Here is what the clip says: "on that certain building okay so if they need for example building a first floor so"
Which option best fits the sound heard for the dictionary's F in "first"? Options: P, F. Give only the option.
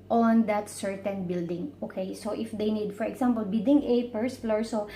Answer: P